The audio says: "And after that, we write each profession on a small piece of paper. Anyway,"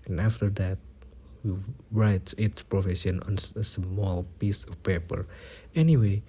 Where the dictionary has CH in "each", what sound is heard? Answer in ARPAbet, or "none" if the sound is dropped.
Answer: S